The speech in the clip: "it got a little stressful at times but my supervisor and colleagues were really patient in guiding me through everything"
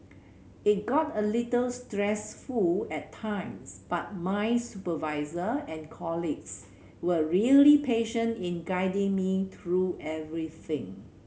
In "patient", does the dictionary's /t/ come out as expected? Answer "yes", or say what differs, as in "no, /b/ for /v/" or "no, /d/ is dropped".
yes